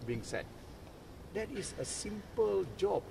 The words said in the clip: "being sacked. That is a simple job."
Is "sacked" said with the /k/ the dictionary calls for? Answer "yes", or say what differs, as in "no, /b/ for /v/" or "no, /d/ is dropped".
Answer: no, /k/ is dropped